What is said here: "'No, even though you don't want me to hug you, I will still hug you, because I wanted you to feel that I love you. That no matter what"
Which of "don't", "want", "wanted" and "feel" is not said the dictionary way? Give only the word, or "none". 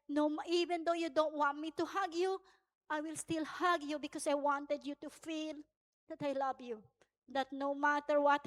none